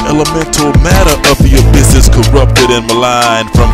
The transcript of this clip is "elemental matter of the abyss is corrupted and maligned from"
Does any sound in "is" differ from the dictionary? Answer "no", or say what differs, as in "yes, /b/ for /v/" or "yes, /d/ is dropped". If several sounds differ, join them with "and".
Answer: yes, /s/ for /z/